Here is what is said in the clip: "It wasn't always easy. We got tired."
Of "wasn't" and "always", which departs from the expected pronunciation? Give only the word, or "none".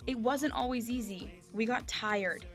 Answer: none